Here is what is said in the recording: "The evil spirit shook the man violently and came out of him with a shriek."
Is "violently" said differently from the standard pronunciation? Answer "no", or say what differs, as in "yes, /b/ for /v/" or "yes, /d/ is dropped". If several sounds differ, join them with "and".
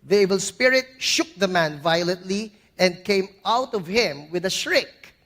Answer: no